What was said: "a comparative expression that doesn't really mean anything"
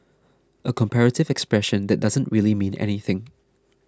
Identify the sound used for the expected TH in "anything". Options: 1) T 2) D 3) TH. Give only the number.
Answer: 3